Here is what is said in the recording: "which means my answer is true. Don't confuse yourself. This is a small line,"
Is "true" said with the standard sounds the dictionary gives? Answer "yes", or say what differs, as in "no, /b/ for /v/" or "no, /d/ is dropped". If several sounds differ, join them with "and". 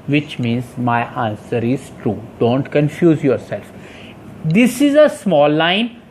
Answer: yes